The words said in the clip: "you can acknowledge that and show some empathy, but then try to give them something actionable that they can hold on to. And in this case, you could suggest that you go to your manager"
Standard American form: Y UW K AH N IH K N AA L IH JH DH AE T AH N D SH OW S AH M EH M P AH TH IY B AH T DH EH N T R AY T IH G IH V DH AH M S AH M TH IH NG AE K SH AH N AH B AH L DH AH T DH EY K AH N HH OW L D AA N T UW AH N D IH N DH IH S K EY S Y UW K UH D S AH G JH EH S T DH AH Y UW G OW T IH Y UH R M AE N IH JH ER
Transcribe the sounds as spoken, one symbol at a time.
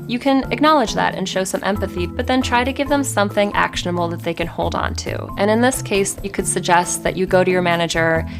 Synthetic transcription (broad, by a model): Y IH K AH N IH K N AA L IH JH DH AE T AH N SH OW S AH M EH M P AH TH IY B AH T DH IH N T R AY T IH G IH V DH AH M S AH M TH IH NG AE K SH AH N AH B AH L DH AH T DH EY K AH N HH OW L D N T UW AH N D IH N DH IH S K EY S Y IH K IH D S AH G JH EH S T DH AH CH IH G OW T IH Y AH R M AE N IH JH ER